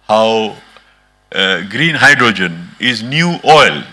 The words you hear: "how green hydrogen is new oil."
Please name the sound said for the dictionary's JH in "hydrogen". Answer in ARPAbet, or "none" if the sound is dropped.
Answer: JH